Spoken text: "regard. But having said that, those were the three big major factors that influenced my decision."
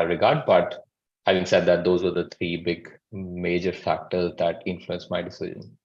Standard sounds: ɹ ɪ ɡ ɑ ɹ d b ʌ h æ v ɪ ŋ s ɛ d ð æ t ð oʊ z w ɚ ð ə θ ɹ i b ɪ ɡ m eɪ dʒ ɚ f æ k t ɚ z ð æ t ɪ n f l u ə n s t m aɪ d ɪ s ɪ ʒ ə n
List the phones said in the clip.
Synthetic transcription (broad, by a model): ɹ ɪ ɡ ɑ ɹ d b ʌ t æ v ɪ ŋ s ɛ d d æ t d oʊ z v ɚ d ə t ɹ i b ɪ ɡ m eɪ dʒ ɚ f æ k t ɚ z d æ t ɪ n f l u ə n s m aɪ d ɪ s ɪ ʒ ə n